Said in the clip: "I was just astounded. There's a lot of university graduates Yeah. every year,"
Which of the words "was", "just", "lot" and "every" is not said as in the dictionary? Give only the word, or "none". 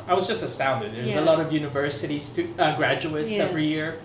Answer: none